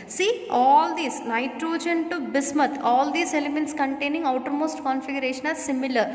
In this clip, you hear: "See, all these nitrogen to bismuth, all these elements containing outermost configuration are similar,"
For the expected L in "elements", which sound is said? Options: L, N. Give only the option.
L